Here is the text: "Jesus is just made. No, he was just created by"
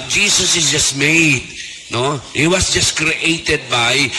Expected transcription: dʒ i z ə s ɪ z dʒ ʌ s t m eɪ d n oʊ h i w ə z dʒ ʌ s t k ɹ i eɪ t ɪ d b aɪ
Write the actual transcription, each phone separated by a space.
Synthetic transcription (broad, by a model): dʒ i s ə s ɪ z dʒ ʌ s t m eɪ d n oʊ h i w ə s dʒ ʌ s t k ɹ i eɪ t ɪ d b aɪ